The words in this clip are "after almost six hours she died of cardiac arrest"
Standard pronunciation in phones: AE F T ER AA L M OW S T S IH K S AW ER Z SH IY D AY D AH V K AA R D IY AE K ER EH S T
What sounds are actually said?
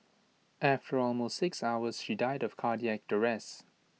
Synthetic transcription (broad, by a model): AE F T ER AA L M OW S T S IH K S AW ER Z SH IY D AY D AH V K AA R D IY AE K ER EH S